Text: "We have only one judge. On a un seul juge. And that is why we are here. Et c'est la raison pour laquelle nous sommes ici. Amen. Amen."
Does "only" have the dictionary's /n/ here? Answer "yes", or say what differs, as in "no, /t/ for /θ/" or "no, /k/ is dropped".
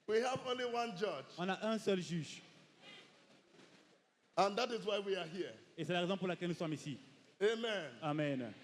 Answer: yes